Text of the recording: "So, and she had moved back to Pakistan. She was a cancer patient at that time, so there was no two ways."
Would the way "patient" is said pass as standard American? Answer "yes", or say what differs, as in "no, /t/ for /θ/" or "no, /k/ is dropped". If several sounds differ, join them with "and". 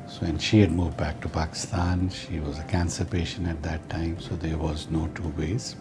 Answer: no, /t/ is dropped